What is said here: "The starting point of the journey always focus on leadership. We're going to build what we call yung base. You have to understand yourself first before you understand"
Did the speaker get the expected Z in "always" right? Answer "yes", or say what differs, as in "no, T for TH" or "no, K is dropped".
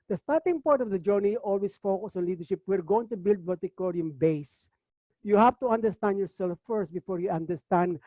no, S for Z